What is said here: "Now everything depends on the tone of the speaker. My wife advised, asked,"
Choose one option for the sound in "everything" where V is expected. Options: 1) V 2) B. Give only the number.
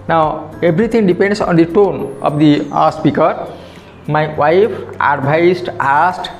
2